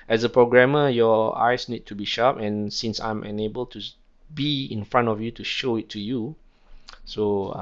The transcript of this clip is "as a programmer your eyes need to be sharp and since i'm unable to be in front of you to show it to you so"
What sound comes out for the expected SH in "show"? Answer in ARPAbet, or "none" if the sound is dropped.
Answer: SH